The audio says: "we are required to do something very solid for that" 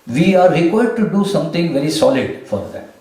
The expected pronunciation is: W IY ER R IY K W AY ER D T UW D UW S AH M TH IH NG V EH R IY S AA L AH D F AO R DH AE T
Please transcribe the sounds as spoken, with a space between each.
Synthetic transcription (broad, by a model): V IY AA R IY K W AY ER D T UW D UW S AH M T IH NG V EH R IY S AA L AH D F AO R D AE T